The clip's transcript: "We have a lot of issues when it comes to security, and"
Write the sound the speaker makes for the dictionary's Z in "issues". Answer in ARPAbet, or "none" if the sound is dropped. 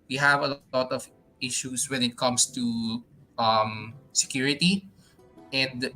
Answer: S